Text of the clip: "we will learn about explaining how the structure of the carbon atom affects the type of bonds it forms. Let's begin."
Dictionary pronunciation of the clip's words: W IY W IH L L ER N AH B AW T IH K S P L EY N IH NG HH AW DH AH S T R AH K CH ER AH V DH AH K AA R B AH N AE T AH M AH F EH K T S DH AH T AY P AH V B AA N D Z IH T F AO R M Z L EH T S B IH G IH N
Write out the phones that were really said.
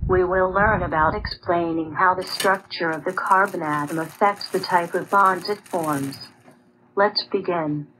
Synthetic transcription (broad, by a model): W IY W IH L L ER N AH B AW T IH K S P L EY N IH NG HH AW DH AH S T R AH K CH ER AH V DH AH K AA R B AH N AE T AH M AH F EH K T S DH AH T AY P AH V B AA N D Z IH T F AO R M Z L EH T S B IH G IH N